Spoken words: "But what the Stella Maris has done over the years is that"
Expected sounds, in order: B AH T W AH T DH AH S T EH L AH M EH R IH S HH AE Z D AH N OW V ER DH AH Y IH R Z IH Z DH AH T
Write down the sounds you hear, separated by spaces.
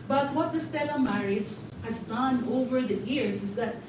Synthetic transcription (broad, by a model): B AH T W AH T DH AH S T EH L AH M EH R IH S HH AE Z D AH N OW V ER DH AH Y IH R S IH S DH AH T